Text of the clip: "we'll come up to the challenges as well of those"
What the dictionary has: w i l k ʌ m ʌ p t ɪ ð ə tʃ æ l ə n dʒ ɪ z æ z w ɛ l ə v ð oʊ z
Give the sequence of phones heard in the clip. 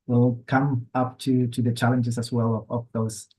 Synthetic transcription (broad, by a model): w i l k ʌ m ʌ p t ɪ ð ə tʃ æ l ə n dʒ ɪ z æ s w ɛ l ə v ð oʊ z